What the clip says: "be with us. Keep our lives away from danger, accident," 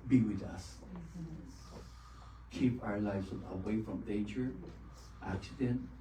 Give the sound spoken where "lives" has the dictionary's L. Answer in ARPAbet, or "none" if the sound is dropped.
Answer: L